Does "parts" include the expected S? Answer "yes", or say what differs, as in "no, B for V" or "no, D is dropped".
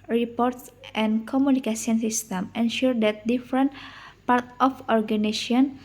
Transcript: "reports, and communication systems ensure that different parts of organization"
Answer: no, S is dropped